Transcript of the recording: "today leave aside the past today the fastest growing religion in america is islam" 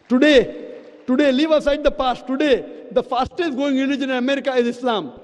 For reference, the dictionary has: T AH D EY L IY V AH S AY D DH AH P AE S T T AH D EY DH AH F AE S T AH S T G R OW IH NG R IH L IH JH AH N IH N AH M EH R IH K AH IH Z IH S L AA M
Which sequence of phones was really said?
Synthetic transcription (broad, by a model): T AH D EY L IY V AH S AY D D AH P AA S T T AH D EY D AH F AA S T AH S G OW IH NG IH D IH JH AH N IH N AH M EH R IH K AH IH Z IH S L AA M